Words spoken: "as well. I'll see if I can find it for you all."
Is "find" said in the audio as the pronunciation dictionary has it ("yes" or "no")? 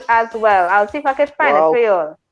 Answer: no